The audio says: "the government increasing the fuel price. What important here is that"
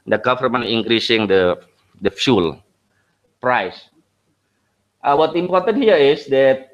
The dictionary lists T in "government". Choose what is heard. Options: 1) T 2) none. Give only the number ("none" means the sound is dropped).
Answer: 2